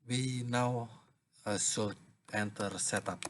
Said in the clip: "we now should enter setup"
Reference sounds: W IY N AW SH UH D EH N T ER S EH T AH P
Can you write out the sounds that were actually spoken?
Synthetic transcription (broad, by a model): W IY N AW S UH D EH N T ER S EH T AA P